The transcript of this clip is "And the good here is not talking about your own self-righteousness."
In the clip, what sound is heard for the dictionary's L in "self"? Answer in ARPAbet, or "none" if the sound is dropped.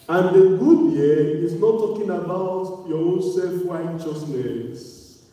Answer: L